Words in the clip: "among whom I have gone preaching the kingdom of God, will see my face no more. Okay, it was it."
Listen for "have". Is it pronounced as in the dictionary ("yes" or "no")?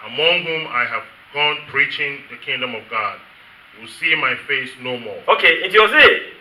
yes